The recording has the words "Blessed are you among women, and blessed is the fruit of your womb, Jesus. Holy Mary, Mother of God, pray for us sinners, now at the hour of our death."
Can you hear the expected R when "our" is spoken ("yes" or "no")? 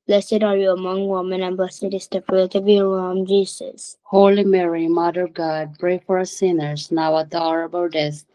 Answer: no